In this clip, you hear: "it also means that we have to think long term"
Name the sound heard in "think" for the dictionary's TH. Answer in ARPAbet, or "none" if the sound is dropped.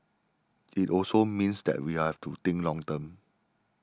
T